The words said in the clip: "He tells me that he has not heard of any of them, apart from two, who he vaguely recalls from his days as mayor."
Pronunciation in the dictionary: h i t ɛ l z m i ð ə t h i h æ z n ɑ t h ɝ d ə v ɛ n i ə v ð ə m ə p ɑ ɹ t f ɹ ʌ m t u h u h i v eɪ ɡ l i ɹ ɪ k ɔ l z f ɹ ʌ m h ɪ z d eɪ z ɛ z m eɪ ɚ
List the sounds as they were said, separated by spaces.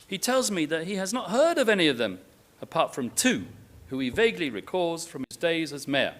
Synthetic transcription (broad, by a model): h i t ɛ l z m i ð ə t h i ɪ z n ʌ t h ɝ d ə v ɛ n i ə v ð ə m ə p ɑ ɹ t f ɹ ʌ m t u h u i v eɪ ɡ l i ɹ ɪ k ɔ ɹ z f ɹ ʌ m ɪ z d eɪ z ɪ z m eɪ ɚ